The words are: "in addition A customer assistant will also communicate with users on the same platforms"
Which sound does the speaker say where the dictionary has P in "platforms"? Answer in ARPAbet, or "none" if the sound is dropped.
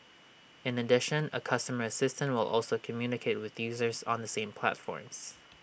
P